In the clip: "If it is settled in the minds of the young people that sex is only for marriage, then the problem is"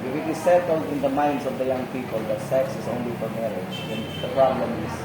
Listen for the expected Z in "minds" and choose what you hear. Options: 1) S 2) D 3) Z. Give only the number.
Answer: 1